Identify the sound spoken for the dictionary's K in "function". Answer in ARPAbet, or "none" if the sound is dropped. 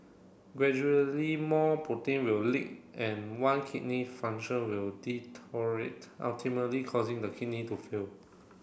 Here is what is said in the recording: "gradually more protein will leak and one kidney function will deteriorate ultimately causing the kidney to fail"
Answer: none